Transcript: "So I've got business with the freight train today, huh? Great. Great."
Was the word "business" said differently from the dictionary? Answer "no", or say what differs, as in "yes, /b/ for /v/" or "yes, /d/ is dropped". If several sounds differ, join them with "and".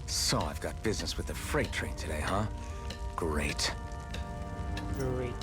no